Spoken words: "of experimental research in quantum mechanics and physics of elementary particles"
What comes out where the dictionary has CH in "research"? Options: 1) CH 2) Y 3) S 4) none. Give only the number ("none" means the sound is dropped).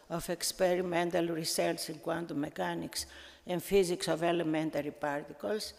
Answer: 3